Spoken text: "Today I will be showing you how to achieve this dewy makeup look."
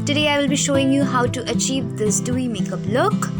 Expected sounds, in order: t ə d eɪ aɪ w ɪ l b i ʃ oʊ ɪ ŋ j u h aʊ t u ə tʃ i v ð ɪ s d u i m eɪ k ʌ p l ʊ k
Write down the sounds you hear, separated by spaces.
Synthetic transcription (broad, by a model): t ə d eɪ aɪ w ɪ l b i ʃ oʊ ɪ ŋ j u h aʊ t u ə tʃ i v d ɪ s d u i m eɪ k ʌ p l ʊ k